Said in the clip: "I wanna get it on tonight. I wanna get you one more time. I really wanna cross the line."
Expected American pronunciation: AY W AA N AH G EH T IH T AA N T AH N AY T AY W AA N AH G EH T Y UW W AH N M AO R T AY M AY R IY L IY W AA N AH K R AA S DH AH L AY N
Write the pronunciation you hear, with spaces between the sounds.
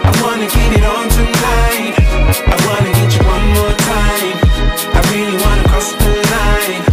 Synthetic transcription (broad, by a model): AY W AA N AH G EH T IH T AA N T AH L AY AY W AA N AH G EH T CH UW W AH N M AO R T AY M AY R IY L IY W AA N AH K AA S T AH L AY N